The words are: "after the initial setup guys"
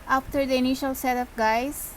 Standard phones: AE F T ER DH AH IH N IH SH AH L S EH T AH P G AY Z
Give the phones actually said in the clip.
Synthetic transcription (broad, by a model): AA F T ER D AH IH N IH SH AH L S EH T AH F G AY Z